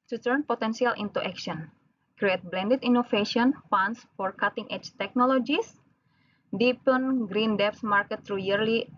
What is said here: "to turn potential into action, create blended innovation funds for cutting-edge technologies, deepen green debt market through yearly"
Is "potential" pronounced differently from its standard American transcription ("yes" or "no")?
yes